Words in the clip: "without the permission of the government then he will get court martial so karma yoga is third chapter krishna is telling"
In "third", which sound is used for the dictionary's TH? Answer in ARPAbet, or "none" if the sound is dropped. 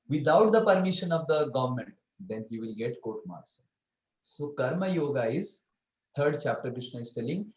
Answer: T